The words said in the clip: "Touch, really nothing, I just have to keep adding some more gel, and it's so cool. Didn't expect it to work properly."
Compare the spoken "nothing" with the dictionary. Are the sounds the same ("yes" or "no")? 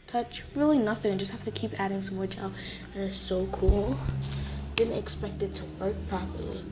yes